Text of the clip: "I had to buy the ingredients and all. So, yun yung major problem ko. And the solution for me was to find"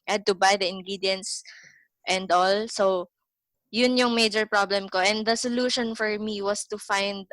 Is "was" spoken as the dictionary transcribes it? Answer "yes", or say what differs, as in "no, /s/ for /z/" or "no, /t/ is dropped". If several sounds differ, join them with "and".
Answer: no, /s/ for /z/